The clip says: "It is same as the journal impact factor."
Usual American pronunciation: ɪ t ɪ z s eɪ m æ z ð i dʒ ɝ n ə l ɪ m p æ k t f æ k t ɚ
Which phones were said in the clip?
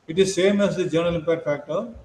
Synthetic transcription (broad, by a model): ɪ t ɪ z s eɪ m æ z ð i dʒ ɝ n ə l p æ t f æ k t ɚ